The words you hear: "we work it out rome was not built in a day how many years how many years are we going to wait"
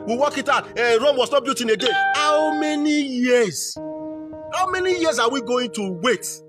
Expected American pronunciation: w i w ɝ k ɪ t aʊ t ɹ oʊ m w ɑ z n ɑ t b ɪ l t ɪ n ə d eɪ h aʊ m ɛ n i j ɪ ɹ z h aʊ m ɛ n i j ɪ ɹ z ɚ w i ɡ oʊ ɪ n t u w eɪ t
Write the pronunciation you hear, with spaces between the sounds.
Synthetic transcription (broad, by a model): w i w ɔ k ɪ t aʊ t ɹ oʊ m w ɑ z n ɑ t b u t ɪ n ə d eɪ h aʊ m ɛ n i j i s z h aʊ m ɛ n i j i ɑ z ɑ w i ɡ oʊ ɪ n t u w eɪ t